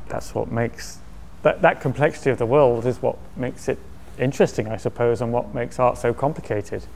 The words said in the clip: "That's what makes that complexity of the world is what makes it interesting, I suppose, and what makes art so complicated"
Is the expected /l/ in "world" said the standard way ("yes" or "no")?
yes